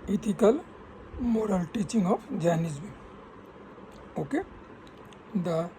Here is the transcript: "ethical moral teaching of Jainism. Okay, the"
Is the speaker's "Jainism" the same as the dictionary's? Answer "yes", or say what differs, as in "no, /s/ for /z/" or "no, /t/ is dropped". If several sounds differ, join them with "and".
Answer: no, /m/ is dropped